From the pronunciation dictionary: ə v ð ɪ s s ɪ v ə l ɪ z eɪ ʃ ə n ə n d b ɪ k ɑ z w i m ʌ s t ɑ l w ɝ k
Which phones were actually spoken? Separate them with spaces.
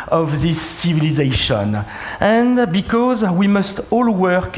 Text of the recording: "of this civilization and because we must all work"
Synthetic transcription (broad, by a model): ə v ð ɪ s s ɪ v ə l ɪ z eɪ ʃ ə n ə n b ɪ k ɑ z w i m ʌ s t ɑ l w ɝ k